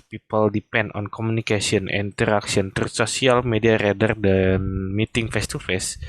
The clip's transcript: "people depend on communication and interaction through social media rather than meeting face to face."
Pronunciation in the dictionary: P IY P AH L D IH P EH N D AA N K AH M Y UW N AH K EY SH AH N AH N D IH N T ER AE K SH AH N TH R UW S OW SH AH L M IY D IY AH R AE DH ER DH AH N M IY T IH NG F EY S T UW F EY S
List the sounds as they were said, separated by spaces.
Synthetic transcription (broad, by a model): P IY P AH L D IH P EH N D AA N K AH M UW N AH K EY S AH AH N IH N T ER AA K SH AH N T R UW S OW S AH L M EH D IY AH R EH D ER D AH N M IY T IH NG F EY S T UW F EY S